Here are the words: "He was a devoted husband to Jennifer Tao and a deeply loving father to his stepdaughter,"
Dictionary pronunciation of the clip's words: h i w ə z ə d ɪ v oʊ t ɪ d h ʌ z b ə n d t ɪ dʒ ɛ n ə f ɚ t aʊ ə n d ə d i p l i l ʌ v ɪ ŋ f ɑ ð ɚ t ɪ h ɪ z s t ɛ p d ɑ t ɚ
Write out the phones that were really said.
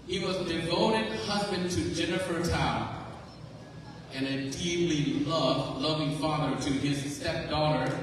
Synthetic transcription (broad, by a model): h i w ə z d ɪ v oʊ t ɪ d h ʌ z b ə n t ɪ dʒ ɛ n ə f ɚ t aʊ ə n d ə d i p l i l ʌ v ɪ ŋ f ɑ ð ɚ t ɪ ɪ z s t ɛ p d ɑ t ɚ